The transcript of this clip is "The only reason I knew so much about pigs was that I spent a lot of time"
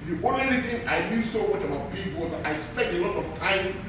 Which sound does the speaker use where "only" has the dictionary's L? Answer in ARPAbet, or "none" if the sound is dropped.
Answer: none